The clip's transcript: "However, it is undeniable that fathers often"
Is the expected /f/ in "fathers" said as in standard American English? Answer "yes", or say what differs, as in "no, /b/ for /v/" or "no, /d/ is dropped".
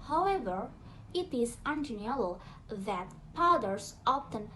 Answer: no, /p/ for /f/